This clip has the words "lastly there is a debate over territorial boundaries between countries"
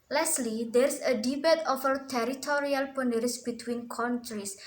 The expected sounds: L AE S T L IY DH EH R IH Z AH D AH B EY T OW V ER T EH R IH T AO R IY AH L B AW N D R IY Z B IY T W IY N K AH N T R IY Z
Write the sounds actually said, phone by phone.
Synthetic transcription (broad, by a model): L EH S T L IY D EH R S AH D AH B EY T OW F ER T EH R IH T AO R IY AH L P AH N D R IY S B IY T W IY N K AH N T R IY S